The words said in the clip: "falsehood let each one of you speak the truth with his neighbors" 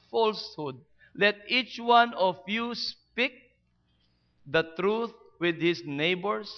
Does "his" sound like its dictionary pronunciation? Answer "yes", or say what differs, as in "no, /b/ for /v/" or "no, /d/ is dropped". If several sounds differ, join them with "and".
no, /s/ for /z/